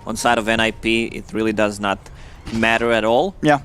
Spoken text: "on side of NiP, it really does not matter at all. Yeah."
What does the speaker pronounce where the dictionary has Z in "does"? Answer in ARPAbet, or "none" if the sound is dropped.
Z